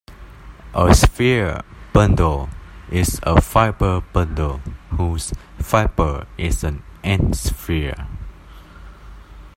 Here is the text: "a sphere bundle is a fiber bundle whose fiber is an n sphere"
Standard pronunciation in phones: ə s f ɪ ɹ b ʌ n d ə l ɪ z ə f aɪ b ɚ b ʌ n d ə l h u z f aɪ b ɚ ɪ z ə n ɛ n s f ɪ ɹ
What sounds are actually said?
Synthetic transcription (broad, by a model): ə s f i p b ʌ n d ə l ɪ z ə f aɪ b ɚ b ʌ n d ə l h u s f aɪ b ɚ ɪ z ə n ɛ n s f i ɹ